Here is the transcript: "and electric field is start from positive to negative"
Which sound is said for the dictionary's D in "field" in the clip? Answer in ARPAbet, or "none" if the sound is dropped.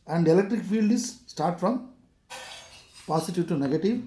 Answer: D